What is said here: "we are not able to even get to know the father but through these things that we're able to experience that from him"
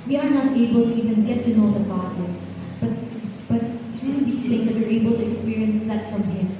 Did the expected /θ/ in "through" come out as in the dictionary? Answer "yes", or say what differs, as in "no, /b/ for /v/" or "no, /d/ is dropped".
no, /t/ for /θ/